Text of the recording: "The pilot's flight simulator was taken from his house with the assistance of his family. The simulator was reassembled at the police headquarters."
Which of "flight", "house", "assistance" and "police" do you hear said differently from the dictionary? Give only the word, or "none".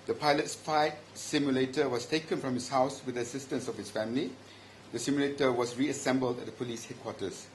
flight